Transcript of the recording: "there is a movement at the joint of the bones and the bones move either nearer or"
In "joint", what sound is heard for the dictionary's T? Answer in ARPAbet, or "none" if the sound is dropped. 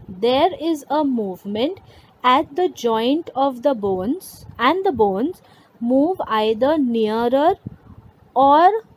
T